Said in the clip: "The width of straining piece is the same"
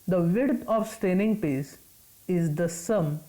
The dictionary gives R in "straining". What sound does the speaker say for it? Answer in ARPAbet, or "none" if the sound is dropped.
none